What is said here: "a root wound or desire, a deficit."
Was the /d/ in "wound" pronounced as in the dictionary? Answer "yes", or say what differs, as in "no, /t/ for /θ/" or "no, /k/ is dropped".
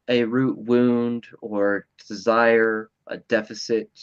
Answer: yes